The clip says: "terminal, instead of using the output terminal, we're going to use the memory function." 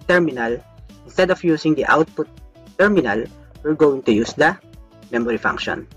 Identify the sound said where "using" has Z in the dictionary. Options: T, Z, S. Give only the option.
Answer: S